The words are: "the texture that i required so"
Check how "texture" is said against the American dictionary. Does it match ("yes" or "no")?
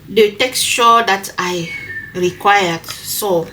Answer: no